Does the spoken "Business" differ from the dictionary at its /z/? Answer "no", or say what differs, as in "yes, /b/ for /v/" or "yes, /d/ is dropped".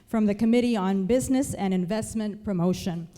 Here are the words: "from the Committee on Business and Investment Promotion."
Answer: no